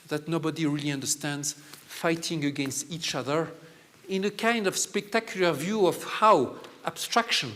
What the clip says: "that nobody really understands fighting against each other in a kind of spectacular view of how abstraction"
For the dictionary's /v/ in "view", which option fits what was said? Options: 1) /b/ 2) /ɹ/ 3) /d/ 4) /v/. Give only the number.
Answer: 4